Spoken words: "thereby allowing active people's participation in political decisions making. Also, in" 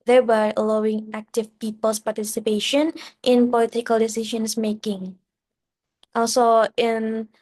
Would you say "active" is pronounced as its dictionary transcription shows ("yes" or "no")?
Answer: yes